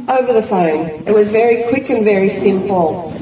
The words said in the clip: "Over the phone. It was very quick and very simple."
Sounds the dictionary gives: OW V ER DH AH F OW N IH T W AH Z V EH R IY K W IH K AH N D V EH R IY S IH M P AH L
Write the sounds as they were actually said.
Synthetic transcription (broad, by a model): OW V ER DH AH F OW N IH T W AH Z V EH R IY K W IH K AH N V EH R IY S IH M P L